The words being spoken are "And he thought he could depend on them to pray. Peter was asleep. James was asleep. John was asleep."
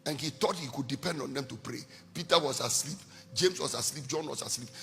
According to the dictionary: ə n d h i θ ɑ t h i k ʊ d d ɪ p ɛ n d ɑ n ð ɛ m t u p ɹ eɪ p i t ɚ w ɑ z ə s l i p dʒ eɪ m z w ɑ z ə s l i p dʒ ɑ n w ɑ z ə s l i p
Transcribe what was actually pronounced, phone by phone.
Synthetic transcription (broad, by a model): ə n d h i t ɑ t h i k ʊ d d ɪ p ɛ n d ɑ n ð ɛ m t u p ɹ eɪ p i t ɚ w ɑ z ə s l i p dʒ eɪ m s w ɑ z ə s l i p dʒ ɑ n w ɑ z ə s l i p